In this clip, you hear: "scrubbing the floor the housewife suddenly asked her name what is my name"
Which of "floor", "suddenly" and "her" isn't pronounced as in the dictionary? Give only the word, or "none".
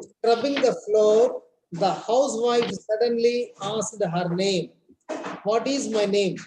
none